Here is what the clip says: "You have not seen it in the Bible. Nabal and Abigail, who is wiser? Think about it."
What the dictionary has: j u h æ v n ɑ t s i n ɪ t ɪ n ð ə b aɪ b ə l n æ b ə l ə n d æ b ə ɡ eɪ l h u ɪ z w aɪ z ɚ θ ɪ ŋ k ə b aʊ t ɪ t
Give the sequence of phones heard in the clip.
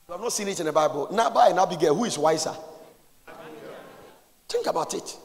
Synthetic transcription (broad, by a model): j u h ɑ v n ɑ t s i n ɪ t ɪ n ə b aɪ b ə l n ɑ b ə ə n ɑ b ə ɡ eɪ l h u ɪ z w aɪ s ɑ t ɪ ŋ k ə b aʊ t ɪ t